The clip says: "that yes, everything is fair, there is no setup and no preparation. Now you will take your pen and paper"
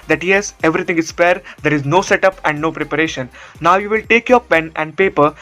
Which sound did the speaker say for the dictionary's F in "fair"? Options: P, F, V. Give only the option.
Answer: P